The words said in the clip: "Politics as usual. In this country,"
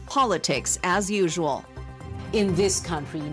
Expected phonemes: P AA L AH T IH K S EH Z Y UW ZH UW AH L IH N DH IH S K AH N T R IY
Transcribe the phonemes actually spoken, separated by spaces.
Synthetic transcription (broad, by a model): P AA L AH T IH K S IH Z Y UW ZH UW AH L IH N DH IH S K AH N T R IY